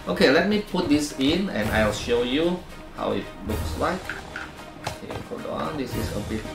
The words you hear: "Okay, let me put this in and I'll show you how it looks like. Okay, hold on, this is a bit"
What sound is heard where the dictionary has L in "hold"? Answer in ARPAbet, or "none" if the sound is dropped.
none